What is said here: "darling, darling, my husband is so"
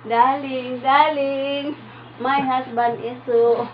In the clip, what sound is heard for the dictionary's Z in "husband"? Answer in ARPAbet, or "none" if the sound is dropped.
S